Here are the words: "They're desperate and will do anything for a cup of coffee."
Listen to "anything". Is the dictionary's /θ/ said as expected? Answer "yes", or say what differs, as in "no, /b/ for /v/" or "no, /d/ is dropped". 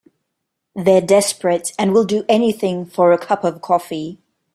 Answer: yes